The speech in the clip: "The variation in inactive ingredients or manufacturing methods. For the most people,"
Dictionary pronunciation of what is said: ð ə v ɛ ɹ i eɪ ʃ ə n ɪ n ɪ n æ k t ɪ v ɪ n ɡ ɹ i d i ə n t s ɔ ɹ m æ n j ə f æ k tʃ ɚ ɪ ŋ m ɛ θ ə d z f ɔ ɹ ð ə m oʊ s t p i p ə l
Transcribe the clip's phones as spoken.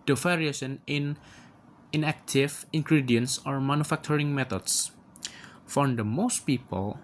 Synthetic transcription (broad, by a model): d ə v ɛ ɹ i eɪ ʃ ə n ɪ n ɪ n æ k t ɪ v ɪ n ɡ ɹ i d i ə n s ɔ ɹ m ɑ n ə f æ k tʃ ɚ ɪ ŋ m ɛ t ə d s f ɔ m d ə m oʊ s t p i p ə l